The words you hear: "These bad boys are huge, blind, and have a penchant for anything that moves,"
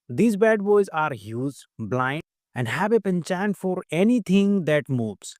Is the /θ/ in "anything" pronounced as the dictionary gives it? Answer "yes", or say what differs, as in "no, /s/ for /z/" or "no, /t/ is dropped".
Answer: no, /t/ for /θ/